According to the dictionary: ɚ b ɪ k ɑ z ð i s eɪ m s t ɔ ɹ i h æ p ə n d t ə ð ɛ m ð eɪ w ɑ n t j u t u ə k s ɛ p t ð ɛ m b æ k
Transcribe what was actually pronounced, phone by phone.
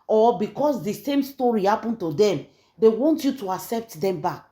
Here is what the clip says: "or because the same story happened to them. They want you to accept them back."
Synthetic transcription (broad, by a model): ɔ b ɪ k ɑ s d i s eɪ m s t ɔ ɹ i h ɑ p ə n t ə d ɛ m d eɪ w ɑ n t j u t u ə k s ɛ p t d ɛ m b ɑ k